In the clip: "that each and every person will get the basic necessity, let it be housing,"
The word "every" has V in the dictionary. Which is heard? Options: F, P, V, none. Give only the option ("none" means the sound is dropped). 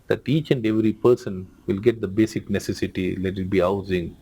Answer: V